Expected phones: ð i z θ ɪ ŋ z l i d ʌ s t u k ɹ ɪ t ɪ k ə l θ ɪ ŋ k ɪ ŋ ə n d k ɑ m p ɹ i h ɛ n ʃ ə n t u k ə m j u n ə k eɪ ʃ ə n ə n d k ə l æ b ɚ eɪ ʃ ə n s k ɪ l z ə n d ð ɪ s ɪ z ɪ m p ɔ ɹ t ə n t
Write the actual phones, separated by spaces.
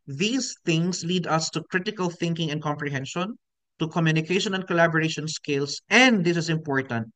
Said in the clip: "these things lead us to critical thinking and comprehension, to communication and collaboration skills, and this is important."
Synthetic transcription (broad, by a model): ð i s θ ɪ ŋ s l i d ʌ s t u k ɹ ɪ t ɪ k ə l θ ɪ ŋ k ɪ ŋ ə n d k ɑ m p ɹ i h ɛ n ʃ ə n t u k ə m j u n ə k eɪ ʃ ə n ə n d k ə l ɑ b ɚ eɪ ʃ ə n s k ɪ l s ə n d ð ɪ s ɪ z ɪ m p ɔ ɹ t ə n t